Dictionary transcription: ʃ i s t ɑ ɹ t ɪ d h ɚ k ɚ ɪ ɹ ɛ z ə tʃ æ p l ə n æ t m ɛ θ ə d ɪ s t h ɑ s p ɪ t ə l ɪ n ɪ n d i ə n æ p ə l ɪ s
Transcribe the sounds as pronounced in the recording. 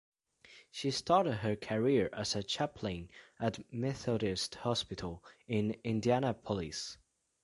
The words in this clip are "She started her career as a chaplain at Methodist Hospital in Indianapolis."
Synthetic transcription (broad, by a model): ʃ i s t ɑ ɹ t ɪ d h ɚ k ɚ ɪ ɹ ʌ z ə tʃ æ p l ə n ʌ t m ɛ θ ə d ɪ s t h ɑ s p ɪ t ə l ɪ n ɪ n d i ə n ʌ p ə l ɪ s